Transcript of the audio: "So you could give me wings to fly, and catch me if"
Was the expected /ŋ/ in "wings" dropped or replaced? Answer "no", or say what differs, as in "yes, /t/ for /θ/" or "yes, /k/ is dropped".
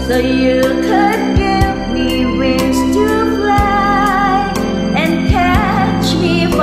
yes, /ŋ/ is dropped